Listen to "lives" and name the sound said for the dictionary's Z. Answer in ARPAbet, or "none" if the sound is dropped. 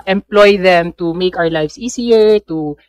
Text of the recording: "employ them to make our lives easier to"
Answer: S